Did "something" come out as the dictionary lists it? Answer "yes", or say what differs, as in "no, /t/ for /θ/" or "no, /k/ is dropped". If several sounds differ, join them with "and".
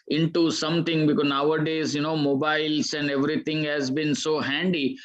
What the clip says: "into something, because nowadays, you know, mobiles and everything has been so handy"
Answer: no, /t/ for /θ/